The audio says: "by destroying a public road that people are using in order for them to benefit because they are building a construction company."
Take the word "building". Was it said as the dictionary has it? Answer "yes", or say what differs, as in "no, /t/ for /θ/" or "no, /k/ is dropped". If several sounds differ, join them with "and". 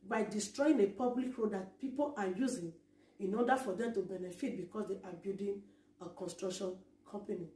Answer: no, /l/ is dropped